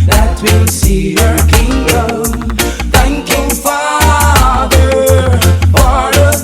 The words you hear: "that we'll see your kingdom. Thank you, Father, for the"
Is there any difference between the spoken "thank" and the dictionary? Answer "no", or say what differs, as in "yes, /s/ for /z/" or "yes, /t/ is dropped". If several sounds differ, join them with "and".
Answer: no